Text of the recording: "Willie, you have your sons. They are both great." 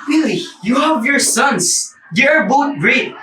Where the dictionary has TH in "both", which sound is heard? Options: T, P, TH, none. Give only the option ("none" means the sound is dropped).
T